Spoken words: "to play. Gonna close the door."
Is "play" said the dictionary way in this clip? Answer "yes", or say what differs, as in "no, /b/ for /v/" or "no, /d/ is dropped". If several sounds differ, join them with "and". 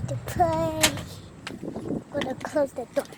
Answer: no, /l/ is dropped